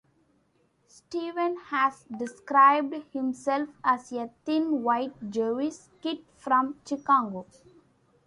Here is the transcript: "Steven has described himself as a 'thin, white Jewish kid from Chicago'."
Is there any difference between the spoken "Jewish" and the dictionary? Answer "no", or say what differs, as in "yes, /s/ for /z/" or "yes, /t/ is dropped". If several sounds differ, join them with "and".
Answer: yes, /s/ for /ʃ/